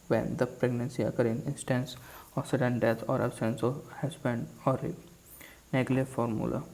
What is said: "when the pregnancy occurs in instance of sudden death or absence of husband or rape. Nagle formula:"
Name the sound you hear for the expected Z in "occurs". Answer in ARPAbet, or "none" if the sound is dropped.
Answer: none